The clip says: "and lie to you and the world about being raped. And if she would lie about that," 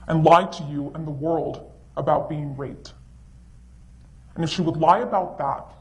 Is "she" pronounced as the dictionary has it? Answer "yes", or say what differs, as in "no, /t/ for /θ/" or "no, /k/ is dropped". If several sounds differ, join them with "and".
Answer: yes